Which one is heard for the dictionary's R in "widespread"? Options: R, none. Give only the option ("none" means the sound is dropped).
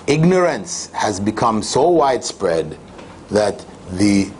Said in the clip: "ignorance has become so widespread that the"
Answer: R